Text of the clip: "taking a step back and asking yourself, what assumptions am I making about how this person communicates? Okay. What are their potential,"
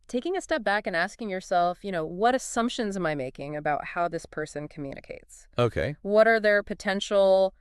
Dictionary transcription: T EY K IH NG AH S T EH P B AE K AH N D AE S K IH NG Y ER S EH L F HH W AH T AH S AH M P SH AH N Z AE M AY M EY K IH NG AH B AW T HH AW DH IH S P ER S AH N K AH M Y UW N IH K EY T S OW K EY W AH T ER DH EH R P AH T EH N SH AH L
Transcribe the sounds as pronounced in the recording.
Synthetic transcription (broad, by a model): T EY K IH NG AH S T EH P B AE K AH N AE S K IH NG Y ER S EH L F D W AH T AH S AH M P SH AH N Z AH M AY M EY K IH NG AH B AW T HH AW DH IH S P ER S AH N K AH M Y UW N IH K EY T S OW K EY W AH T ER DH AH R P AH T EH N SH L